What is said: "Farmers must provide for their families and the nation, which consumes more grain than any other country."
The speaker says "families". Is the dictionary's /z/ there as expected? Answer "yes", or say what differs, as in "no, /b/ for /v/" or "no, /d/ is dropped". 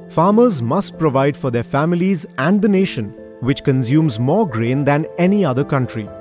yes